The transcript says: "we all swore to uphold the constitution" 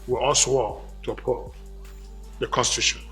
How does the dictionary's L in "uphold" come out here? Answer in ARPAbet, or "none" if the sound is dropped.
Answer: none